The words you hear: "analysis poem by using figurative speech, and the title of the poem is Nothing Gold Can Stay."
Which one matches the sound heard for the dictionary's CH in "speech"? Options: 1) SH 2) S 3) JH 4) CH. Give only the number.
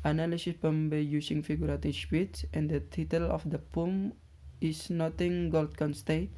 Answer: 2